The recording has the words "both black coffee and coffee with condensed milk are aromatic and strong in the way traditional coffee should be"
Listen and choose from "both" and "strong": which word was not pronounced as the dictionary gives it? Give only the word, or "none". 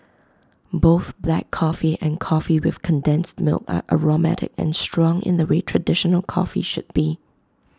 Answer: none